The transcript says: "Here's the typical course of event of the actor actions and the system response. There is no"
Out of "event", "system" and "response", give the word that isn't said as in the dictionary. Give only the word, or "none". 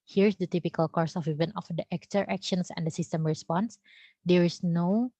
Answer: event